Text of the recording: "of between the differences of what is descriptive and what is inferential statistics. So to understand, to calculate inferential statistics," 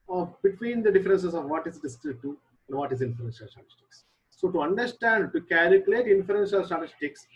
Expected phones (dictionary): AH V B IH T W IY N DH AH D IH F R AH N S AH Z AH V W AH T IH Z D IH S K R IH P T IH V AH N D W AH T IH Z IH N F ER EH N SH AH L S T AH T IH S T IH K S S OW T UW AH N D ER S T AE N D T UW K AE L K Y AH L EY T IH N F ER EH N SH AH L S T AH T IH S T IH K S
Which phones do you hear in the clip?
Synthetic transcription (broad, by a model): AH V B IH T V IY N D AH D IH F R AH N S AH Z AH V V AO T IH Z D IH S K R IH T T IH AH N D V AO T IH Z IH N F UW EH N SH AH L S T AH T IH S T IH K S S OW T UW AH N D ER S T AE N D T UW K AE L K Y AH L EY T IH N F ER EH N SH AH L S T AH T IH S T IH K S